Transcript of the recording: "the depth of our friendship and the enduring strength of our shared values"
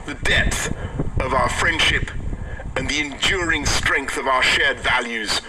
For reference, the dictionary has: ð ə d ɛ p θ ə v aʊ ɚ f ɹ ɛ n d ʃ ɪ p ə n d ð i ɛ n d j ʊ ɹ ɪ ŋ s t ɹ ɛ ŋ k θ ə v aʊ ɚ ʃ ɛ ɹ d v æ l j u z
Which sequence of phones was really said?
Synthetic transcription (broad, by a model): ð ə d ɛ p θ ə v aʊ ɚ f ɹ ɛ n d ʃ ɪ p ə n ð i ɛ n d j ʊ ɹ ɪ ŋ s t ɹ ɛ ŋ k θ ə v aʊ ɚ ʃ ɛ ɹ d v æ l j u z